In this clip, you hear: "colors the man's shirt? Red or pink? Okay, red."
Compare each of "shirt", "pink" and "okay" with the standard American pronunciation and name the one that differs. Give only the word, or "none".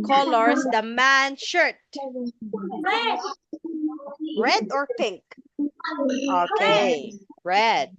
none